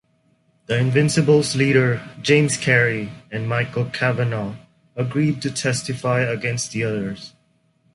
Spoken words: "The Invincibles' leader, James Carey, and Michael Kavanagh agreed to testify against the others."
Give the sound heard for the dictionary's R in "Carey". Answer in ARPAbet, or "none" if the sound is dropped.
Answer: R